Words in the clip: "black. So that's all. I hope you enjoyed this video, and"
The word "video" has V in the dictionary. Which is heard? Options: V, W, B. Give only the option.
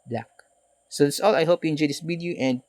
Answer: W